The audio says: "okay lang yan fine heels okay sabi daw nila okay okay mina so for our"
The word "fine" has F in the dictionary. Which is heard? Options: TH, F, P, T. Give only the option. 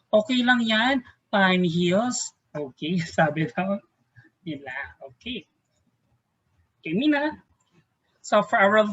P